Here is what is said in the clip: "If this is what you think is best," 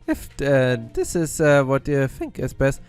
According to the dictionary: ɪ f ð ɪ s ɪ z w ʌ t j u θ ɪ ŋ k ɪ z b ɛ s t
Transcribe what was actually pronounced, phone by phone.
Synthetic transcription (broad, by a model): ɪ f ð ɪ s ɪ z w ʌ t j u θ ɪ ŋ k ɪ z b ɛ s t